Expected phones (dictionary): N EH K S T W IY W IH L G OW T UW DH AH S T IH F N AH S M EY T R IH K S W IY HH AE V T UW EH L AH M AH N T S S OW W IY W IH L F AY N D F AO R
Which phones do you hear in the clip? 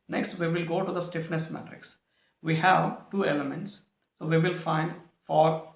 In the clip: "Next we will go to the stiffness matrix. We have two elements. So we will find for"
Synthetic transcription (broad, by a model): N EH K S T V IY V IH L G OW T UW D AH S T IH F N AH S M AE T R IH K S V IY HH AE V T UW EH L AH M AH N T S S OW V IY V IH L F AY N D F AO R